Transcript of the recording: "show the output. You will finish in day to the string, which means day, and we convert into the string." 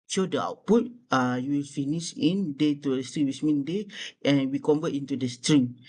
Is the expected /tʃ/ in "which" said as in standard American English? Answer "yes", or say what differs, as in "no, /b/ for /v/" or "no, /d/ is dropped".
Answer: no, /s/ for /tʃ/